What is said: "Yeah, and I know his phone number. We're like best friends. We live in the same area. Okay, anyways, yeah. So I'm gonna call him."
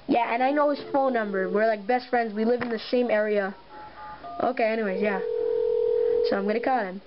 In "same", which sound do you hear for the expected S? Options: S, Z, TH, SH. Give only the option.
SH